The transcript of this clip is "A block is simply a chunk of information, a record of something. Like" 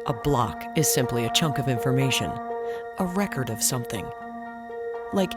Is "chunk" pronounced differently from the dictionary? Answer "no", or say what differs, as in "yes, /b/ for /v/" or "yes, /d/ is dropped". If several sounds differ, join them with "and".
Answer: no